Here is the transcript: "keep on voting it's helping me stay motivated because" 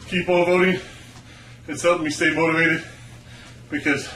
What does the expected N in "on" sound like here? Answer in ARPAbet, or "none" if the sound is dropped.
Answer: L